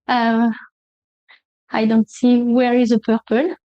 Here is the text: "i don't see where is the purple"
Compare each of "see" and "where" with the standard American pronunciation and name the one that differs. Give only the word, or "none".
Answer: none